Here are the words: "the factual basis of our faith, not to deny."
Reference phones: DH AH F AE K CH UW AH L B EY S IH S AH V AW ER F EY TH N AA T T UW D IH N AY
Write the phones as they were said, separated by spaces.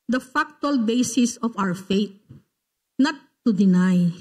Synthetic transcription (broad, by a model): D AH F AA K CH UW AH L B EY S IH S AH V AW ER F EY T N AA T T UW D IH N AY